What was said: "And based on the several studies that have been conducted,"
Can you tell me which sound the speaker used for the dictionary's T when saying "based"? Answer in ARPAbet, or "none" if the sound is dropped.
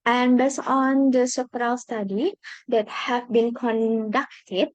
none